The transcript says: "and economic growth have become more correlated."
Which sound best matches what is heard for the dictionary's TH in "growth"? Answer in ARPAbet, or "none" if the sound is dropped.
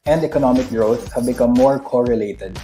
S